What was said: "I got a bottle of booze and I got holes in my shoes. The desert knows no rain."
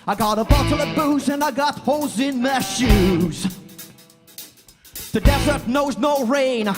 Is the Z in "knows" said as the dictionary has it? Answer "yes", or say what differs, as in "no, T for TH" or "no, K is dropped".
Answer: yes